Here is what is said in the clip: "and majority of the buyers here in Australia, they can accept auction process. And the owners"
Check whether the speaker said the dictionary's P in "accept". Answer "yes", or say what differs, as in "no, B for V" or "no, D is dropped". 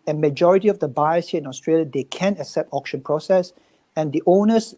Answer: yes